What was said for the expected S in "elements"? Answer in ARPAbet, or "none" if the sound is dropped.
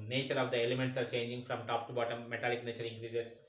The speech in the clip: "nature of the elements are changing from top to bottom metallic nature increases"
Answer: S